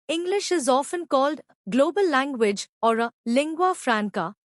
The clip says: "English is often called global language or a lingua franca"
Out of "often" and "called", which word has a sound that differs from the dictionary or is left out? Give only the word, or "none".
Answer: none